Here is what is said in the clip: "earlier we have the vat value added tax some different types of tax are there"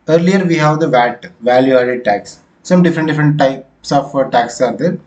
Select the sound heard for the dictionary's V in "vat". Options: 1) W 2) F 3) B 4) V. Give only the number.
4